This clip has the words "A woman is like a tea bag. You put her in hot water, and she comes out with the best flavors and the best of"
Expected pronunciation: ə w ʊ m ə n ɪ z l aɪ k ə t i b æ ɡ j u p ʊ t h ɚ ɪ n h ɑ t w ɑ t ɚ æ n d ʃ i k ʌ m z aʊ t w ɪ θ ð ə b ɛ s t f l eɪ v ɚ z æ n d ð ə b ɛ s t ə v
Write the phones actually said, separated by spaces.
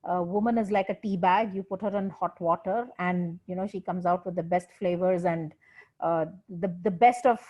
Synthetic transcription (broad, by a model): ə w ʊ m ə n ɪ z l aɪ k ə t i b æ ɡ j u p ʊ t h ɚ ɪ n h ɑ t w ɑ t ɚ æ n d ʃ i k ʌ m z aʊ t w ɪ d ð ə b ɛ s t f l eɪ v ɚ z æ n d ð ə b ɛ s t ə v